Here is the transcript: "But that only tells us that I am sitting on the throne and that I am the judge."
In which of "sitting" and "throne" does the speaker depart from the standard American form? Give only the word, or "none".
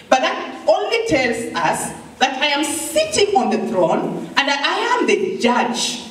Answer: none